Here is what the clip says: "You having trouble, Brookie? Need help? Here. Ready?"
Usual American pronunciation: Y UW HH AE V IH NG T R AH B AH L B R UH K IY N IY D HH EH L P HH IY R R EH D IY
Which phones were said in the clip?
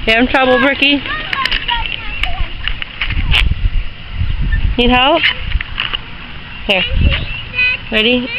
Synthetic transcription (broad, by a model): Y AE IH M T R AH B L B R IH K IY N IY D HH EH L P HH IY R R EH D IY